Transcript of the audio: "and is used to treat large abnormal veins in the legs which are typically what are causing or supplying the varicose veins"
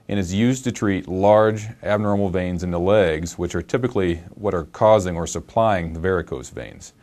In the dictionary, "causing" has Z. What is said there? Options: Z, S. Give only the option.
Z